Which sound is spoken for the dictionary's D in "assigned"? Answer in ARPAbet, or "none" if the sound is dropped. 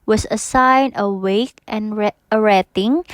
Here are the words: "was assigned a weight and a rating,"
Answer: none